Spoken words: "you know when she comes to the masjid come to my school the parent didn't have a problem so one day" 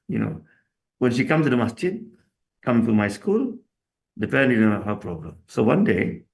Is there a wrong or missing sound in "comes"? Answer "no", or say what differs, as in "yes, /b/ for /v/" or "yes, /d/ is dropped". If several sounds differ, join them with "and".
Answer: yes, /z/ is dropped